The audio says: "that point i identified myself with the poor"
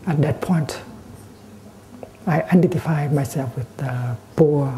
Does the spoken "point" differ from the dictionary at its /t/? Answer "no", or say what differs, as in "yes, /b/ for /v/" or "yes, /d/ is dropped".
no